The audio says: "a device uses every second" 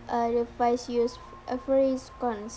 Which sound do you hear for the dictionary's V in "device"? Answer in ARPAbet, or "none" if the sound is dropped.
F